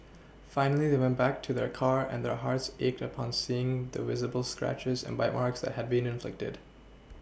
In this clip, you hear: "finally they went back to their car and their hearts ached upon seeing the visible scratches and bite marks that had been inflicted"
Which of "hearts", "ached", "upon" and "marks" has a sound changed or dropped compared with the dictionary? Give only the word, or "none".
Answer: none